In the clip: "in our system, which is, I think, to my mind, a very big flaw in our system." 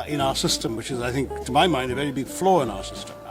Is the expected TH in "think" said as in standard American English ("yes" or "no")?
yes